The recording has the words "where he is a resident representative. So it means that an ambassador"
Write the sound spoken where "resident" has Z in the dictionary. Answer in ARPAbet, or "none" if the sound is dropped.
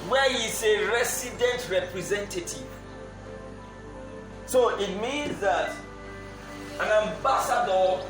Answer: S